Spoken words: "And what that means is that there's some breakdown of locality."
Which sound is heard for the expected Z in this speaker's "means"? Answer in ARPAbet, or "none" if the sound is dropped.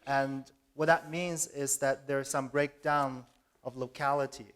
Z